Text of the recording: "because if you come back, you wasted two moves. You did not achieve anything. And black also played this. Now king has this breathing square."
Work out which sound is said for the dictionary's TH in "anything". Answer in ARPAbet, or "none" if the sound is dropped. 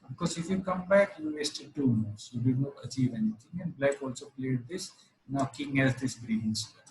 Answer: T